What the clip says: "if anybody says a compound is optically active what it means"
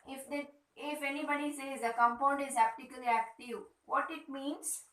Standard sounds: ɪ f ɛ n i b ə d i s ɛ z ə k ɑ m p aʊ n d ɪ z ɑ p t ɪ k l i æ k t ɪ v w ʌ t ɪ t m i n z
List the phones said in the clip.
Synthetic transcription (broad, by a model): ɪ f ɛ n i b ə d i s ɛ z ə k ɑ m p aʊ n d ɪ z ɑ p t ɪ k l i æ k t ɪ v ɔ t ɪ t m i n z